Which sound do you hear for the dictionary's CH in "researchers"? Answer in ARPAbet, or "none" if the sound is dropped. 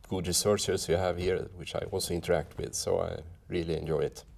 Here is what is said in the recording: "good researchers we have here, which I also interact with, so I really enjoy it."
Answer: S